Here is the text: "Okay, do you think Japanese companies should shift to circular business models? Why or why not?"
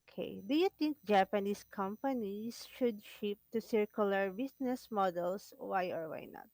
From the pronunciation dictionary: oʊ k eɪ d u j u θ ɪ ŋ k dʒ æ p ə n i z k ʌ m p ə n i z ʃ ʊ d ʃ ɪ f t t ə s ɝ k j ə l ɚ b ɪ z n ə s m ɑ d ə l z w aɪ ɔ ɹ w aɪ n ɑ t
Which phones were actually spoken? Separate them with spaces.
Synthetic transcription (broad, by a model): k eɪ d u j u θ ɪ ŋ k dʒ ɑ p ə n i s k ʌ m p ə n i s ʃ ʊ d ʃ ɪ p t t ə s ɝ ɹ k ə l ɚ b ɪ s n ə s m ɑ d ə l s w aɪ ɔ ɹ w aɪ n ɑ t